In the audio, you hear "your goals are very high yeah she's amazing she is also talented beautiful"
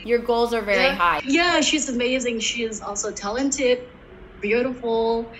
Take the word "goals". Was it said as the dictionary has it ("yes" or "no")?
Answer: yes